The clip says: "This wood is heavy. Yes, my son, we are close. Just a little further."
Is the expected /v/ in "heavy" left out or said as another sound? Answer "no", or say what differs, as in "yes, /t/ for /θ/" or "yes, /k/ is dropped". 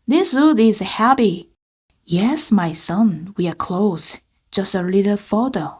yes, /p/ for /v/